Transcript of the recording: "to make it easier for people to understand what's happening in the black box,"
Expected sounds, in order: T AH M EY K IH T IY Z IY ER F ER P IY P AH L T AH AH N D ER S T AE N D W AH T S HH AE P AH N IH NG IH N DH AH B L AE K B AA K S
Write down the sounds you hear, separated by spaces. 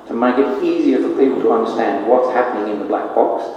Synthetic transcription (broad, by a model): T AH M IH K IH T IY Z IY ER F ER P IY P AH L T AH AH N D ER S T AE N D W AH T S HH AE P AH N IH NG IH N DH AH B L AE K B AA K S